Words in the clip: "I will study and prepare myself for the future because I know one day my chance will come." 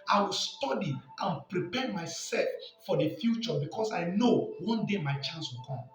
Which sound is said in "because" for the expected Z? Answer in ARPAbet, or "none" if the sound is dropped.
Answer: S